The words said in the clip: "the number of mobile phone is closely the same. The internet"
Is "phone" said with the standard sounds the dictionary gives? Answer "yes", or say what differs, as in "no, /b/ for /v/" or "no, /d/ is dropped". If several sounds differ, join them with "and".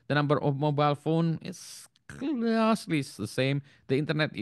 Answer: yes